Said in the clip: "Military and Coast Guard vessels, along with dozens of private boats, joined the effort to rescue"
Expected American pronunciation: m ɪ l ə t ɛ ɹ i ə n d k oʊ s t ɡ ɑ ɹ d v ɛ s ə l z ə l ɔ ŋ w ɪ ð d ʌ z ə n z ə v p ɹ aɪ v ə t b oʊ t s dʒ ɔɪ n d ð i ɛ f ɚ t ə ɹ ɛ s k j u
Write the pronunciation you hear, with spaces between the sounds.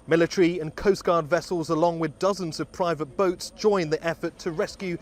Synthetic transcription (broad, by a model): m ɪ l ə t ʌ ɹ i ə n k oʊ s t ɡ ɑ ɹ d v ɛ s ə l z ə l ɔ ŋ w ɪ ð d ʌ z ə n z ə v p ɹ aɪ v ə t b oʊ t s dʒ ɔɪ n ð i ɛ f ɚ t ə ɹ ɛ s k j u